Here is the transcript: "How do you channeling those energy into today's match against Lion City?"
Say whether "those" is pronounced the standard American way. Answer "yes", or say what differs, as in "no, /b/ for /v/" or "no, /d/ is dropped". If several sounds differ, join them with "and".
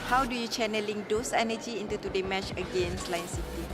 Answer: no, /s/ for /z/